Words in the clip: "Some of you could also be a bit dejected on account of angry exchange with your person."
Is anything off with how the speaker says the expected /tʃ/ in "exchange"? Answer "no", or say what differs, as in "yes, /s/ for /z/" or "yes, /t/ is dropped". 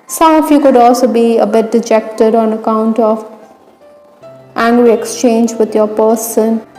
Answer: no